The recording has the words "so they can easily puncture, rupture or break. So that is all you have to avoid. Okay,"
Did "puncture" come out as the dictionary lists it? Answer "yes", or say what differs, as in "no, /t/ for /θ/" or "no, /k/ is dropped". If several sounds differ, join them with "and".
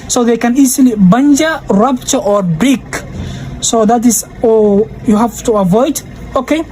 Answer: no, /b/ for /p/